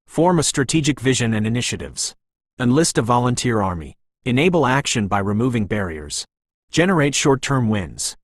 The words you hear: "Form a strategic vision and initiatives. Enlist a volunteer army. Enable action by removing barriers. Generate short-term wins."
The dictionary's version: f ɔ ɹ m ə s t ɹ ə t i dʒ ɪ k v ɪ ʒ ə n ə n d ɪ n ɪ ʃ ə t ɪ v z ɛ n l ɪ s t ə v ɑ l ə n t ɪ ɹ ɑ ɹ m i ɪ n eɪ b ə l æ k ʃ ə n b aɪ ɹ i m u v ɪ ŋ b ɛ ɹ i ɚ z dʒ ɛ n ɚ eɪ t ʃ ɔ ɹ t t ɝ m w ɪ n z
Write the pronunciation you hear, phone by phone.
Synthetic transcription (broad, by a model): f ɔ ɹ m ə s t ɹ ə t i dʒ ɪ k v ɪ ʒ ə n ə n ɪ n ɪ ʃ ə t ɪ v z ɛ n l ɪ s t ə v ɑ l ə n t ɪ ɹ ɑ ɹ m i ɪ n eɪ b l æ k ʃ ə n b aɪ ɹ i m u v ɪ ŋ b ɛ ɹ i ɚ z dʒ ɛ n ɚ eɪ t ʃ ɔ ɹ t t ɝ m w ɪ n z